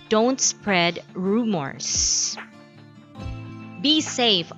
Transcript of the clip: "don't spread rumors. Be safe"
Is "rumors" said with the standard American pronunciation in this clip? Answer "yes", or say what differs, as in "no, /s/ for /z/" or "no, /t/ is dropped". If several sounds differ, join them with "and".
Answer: no, /s/ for /z/